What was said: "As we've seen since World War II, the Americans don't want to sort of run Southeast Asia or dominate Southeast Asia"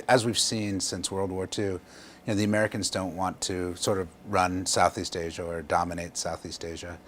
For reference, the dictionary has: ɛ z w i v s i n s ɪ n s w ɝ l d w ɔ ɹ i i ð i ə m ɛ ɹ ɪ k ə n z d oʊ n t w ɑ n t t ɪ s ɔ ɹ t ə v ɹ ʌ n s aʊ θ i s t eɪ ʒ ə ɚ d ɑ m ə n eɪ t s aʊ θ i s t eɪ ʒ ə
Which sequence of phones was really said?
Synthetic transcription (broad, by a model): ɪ z w i v s i n s ɪ n s w ɝ l d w ɔ ɹ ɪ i ð i ə m ɛ ɹ ɪ k ə n z d oʊ n t w ɑ n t t ɪ s ɔ ɹ t ə v ɹ ʌ n s aʊ θ i s t eɪ ʒ ə ɚ d ɑ m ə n eɪ t s aʊ θ i s t eɪ ʒ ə